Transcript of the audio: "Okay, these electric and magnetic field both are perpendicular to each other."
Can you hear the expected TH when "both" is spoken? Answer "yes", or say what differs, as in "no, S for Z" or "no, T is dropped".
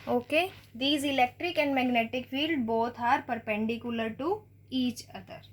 no, T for TH